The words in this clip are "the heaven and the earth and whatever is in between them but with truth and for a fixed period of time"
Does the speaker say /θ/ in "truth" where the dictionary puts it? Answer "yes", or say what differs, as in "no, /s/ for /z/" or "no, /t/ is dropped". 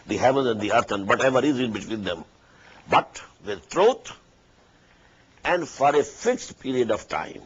no, /t/ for /θ/